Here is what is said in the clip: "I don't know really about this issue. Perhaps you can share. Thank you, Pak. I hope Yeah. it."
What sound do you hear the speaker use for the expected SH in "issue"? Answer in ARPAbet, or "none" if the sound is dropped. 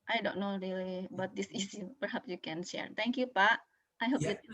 S